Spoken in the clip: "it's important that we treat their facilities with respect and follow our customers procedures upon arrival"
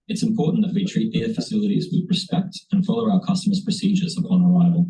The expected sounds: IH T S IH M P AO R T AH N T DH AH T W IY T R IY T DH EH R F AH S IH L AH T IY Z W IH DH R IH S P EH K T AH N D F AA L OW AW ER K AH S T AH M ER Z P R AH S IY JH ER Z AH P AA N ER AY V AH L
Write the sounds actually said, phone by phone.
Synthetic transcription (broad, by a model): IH T S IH M P AO R T N DH AH T W IY T R IY T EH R F AH S IH L AH T IY Z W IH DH R IH S P EH K T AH N F AA L OW AW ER K AH S T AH M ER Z P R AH S IY JH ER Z AH P AA N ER AY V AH L